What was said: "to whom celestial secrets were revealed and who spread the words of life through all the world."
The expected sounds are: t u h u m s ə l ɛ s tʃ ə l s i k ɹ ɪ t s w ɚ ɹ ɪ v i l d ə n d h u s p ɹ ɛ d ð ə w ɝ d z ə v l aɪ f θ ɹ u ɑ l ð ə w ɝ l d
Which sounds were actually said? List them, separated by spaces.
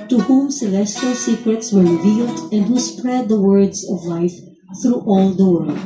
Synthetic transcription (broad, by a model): t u h u m s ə l ɛ s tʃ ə l s i k ɹ ɪ t s w ɚ ɹ ɪ v i l d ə n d h u s p ɹ ɛ d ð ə w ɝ d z ə v l aɪ f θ ɹ u ɑ l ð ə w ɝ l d